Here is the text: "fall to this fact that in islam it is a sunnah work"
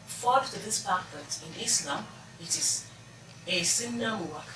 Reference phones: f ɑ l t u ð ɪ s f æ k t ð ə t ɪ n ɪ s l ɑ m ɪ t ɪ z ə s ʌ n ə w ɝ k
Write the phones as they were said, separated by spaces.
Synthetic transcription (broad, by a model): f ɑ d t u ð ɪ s p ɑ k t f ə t ɪ n ɪ s l ɑ m ɪ t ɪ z ə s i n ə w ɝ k